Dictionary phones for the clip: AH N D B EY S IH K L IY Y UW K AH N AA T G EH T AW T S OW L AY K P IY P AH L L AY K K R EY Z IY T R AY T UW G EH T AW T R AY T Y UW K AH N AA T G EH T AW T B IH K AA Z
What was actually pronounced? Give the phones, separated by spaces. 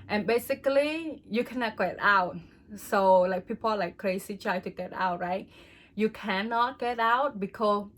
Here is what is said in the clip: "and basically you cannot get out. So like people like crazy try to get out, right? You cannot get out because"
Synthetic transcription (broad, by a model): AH N B EY S IH K L IY Y UW K AH N AA T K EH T AW T S OW L AY K P IY P AH L L AY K K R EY S IY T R AY T UW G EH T AW T R AY T Y UW K AH N AA T G EH T AW T B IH K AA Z